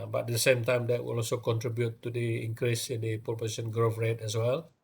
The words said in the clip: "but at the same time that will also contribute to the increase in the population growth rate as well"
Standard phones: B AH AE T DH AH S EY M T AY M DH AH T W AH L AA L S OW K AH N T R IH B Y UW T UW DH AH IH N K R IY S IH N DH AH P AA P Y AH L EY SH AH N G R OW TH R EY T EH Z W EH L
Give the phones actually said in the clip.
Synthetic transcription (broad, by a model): B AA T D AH S EY M T AY M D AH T W AH L AA L S OW K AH N T R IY B Y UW T UW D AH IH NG K R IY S IH N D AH P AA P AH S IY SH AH N G R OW F R EY T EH S W EH L